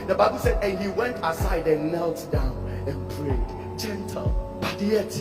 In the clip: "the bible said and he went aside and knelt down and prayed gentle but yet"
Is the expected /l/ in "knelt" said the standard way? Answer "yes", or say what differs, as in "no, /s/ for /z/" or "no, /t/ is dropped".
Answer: yes